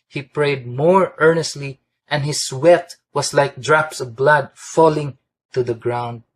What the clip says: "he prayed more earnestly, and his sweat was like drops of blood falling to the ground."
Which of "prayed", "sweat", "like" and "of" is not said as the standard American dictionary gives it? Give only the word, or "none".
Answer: none